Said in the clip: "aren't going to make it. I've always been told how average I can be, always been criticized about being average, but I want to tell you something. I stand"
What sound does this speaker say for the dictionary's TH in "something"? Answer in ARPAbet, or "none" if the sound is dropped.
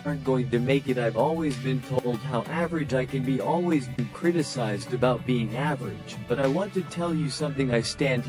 TH